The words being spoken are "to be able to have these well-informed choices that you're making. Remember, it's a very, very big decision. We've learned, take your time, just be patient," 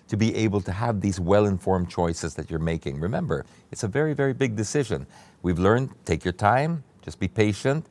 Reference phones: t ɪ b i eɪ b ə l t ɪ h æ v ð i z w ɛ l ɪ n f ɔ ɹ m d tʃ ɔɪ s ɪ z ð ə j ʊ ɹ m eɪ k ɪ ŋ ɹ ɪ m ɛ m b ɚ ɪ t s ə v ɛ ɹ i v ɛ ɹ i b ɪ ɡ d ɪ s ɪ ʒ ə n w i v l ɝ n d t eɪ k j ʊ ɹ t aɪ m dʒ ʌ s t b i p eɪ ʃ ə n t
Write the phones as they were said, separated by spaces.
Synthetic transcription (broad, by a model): t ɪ b i eɪ b l t ɪ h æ v ð i z w ɛ l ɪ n f ɔ ɹ m tʃ ɔɪ s ɪ z ð ə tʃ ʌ ɹ m eɪ k ɪ ŋ ɹ ɪ m ɛ m b ɚ ɪ t s ə v ɛ ɹ i v ɛ ɹ i b ɪ ɡ d ɪ s ɪ ʒ ə n w i v l ɝ n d t eɪ k j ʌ ɹ t aɪ m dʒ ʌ s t b i p eɪ ʃ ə n t